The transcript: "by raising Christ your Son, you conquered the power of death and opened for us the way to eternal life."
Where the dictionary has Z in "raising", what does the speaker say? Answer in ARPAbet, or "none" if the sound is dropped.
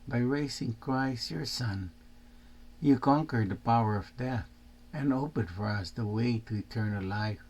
S